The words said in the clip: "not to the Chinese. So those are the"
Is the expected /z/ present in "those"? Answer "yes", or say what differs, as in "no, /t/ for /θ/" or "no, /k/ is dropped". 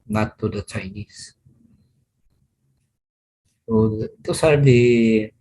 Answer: no, /s/ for /z/